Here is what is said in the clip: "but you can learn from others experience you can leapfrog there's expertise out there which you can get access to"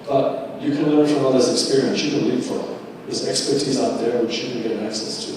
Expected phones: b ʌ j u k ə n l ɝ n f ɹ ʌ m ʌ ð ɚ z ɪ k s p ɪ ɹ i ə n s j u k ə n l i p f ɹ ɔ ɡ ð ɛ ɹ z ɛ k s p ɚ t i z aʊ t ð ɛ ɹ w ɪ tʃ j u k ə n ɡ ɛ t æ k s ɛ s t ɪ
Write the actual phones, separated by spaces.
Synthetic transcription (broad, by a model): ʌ j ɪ k ə n l ɝ n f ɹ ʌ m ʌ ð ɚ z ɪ k s p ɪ ɹ i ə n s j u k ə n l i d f ɔ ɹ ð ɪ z ɛ k s p ɚ t i z aʊ t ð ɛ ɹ w ɪ tʃ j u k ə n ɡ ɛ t æ k s ɛ s t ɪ